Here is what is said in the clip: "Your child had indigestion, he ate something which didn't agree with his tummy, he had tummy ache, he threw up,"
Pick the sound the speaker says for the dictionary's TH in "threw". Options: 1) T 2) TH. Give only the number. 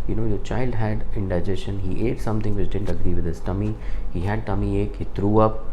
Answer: 1